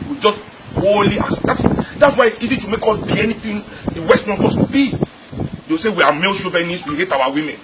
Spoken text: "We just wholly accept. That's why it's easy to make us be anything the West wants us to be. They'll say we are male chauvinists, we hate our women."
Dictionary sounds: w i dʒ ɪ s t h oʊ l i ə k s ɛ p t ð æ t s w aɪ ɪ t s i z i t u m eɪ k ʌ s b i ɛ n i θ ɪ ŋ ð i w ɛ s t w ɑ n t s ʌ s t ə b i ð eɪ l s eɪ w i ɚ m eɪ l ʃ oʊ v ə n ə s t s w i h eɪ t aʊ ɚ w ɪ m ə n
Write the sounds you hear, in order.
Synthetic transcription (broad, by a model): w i dʒ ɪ s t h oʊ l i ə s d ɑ t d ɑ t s w aɪ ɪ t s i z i t u m eɪ k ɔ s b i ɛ n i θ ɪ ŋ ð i w ɛ s t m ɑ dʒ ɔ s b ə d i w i s eɪ w i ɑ m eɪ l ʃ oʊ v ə n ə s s w i h eɪ t aʊ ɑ w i m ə n